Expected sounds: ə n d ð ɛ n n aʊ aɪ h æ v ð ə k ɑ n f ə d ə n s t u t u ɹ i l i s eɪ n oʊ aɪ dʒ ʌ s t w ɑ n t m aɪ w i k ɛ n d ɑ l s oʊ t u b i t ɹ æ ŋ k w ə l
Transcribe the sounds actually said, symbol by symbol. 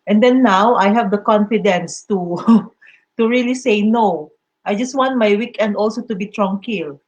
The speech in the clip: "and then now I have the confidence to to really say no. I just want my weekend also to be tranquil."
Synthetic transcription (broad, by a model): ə n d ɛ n n aʊ aɪ h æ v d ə k ɑ n f ə d ə n s t u t u ɹ i l i s eɪ n oʊ aɪ dʒ ʌ s t w ɑ n t m aɪ w i k ɛ n d ɑ l s oʊ t u b i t ɹ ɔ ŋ k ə l